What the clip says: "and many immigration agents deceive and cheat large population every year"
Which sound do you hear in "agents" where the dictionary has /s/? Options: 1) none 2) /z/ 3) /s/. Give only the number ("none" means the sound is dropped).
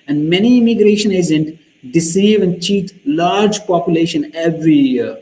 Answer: 1